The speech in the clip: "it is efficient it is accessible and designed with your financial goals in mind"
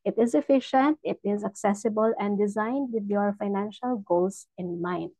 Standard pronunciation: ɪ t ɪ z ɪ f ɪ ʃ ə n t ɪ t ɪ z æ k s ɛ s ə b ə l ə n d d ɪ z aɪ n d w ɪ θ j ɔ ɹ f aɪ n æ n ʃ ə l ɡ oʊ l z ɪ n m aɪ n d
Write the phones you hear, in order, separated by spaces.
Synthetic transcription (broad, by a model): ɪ t ɪ z ɪ f ɪ ʃ ə n t ɪ t ɪ z æ k s ɛ s ə b ə l ə n d d ɪ z aɪ n d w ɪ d j ɔ ɹ f aɪ n æ n ʃ ə l ɡ oʊ l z ɪ n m aɪ n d